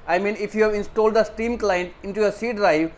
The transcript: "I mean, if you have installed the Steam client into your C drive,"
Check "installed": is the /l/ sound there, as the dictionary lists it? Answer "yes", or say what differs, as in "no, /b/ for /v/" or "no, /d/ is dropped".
yes